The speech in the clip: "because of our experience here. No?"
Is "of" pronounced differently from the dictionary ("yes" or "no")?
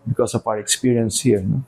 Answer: yes